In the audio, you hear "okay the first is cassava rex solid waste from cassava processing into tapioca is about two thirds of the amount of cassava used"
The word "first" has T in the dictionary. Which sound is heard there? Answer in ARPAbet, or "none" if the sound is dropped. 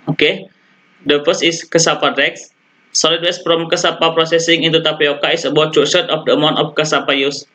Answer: none